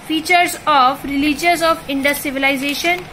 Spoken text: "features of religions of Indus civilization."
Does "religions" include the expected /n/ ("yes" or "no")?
no